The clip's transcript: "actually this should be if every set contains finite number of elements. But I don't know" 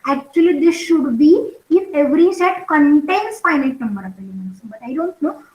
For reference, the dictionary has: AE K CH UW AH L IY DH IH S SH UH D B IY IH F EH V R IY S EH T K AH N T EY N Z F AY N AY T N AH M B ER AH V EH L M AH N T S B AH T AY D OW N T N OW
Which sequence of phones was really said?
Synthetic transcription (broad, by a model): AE K CH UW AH L IY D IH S SH UH D B IY IH F EH V R IY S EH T K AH N T EY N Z F AY N AY T N AH M B ER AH P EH M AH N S B AH T AY D OW N T N OW